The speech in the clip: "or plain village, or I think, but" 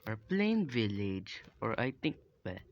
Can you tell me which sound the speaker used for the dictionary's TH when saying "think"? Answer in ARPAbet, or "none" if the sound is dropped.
T